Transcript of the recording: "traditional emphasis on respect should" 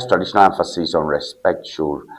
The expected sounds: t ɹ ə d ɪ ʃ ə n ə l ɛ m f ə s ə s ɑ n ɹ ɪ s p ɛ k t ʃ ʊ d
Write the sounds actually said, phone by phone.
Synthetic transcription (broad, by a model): t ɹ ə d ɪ ʃ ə n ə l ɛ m f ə s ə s ɑ n ɹ ɪ s p ɛ k t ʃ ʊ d